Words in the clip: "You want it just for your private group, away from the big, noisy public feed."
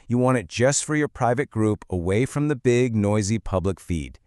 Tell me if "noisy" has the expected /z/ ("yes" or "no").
yes